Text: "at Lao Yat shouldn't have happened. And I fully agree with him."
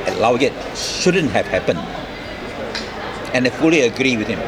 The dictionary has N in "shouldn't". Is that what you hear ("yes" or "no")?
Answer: yes